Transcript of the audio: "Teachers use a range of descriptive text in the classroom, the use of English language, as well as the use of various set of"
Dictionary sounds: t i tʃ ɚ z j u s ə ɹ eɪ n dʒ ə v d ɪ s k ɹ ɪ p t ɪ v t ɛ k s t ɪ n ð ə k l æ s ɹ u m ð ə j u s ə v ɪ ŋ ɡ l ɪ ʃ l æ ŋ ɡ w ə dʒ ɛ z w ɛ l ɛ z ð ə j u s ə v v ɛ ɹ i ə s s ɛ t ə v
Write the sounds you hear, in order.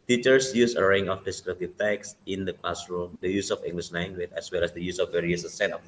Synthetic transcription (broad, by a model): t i tʃ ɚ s j u s ə ɹ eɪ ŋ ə f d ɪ s k ɹ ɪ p t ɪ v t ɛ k s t ɪ n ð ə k l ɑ s ɹ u m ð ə j u s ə f ɪ ŋ ɡ l ɪ ʃ n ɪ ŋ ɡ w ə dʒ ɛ s w ɛ l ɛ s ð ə j u s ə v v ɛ ɹ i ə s s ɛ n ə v